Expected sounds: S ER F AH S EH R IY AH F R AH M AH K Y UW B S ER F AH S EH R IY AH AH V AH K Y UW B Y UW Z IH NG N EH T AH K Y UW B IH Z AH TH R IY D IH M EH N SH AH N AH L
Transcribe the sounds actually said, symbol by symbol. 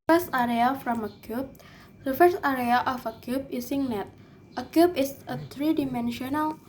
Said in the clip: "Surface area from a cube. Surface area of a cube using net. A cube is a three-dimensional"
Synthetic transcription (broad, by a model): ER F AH S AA R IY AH F R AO M AH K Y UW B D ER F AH S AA R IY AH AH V AH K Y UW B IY S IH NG N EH T AH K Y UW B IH S AH T R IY D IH M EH N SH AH N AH L